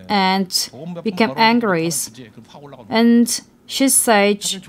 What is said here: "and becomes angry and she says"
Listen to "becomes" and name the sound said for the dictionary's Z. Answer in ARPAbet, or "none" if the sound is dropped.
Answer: none